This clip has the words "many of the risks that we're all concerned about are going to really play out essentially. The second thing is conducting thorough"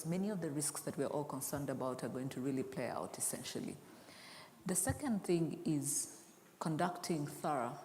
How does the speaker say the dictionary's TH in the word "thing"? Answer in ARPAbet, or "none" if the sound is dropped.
TH